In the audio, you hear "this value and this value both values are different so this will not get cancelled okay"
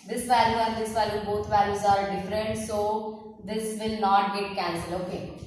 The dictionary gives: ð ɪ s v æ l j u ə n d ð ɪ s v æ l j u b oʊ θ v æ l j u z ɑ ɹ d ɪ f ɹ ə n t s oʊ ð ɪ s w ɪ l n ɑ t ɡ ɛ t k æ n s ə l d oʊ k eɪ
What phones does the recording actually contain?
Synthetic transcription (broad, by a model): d ɪ s v æ l j u ə n d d ɪ s v æ l j u b oʊ t v æ l j u z ɑ ɹ d ɪ f ɹ ə n t s oʊ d ɪ s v ɪ l n ɑ t ɡ ɛ t k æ n s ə l oʊ k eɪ